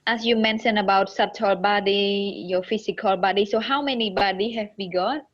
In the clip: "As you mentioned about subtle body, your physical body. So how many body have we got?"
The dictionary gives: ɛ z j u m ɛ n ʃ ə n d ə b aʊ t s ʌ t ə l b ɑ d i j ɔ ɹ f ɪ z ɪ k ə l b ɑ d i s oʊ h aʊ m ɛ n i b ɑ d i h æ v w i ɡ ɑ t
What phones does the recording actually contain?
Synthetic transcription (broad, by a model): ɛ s j u m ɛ n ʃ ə n ə b aʊ t s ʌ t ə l b ɑ d i j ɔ f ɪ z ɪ k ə l b ɑ d i s oʊ h aʊ m ɛ n i b ɑ d i h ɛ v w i ɡ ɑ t